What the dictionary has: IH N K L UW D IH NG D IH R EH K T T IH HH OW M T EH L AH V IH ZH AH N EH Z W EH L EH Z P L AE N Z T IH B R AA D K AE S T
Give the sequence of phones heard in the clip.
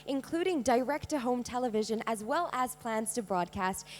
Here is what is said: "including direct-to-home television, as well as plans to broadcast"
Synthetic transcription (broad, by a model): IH N K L UW D IH NG D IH R EH K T T IH HH OW M T EH L AH V IH ZH AH N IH Z W EH L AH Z P L AE N Z T IH B R AA D K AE S T